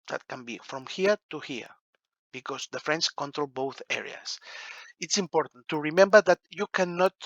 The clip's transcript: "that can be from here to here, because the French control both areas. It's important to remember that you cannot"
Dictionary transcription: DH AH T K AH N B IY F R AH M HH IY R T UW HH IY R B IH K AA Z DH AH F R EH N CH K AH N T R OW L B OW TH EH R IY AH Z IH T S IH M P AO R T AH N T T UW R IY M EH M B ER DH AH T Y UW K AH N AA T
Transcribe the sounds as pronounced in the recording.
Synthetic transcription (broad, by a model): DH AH T K AH N B IY F R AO M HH IY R T UW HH IY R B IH K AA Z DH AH F R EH N S K AH N T R OW L B OW TH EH R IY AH S IH T S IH M P AO R T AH N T T UW R IY M EH M B ER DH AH T Y UW K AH N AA T